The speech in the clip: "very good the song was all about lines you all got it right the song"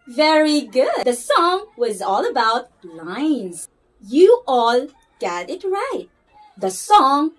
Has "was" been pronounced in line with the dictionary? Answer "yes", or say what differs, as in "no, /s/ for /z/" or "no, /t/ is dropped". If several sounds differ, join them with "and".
yes